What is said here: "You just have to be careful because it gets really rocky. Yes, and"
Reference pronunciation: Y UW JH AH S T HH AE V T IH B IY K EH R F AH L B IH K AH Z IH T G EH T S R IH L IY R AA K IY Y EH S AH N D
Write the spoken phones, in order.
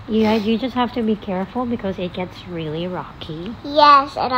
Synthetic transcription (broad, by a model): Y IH JH AH S T HH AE F T IH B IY K EH R F L B IH K AH Z IH T G EH T S R IH L IY R AA K IY Y EH S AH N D